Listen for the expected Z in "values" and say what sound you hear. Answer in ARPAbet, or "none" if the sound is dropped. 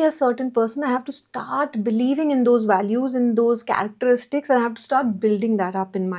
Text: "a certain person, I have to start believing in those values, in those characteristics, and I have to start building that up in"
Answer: Z